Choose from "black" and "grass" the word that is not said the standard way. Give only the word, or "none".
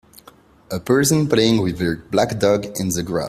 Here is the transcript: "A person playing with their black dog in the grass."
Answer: grass